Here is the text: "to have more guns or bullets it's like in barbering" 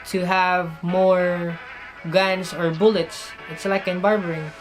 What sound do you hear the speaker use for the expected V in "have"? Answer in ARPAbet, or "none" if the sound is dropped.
V